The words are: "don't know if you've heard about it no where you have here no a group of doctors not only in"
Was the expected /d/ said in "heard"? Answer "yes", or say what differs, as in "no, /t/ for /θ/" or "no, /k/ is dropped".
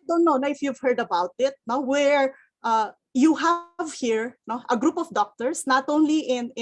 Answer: yes